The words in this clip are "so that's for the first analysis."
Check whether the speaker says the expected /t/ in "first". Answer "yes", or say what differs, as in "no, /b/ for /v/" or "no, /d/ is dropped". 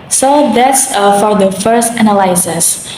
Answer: yes